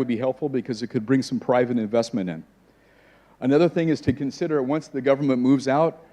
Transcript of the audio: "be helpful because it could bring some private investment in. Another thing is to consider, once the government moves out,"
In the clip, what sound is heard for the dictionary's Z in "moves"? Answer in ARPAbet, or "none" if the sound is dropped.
Z